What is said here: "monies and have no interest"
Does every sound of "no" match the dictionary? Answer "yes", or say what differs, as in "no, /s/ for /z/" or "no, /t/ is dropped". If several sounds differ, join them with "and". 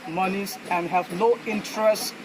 no, /l/ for /n/